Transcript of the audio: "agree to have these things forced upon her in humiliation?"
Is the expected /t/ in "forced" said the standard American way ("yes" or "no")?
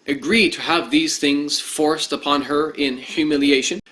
yes